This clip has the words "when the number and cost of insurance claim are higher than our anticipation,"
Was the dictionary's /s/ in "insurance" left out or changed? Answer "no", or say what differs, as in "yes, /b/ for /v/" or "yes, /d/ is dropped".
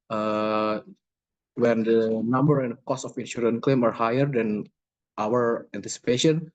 yes, /s/ is dropped